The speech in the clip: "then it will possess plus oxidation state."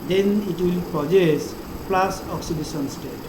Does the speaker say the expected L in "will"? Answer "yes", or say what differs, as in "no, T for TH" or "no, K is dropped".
yes